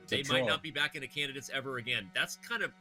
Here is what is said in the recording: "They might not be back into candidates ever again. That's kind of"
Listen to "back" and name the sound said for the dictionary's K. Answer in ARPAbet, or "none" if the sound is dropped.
K